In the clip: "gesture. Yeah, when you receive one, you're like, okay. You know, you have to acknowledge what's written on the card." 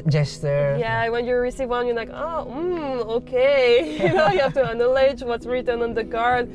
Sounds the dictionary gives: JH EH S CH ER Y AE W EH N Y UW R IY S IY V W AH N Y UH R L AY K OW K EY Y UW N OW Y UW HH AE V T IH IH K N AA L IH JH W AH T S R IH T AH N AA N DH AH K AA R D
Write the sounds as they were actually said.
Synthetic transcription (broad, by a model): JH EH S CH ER Y AE W EH N Y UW R IY S IY V W AH N Y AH R L AY K OW K EY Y N OW Y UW HH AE F T IH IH N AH L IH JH W AH T S R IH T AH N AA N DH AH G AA R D